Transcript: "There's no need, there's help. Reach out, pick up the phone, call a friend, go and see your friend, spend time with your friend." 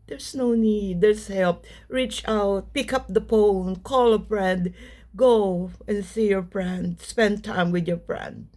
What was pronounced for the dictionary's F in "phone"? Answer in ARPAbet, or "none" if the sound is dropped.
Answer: P